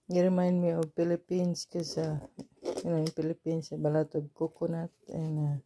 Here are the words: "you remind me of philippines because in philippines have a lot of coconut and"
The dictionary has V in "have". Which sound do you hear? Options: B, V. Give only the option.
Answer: B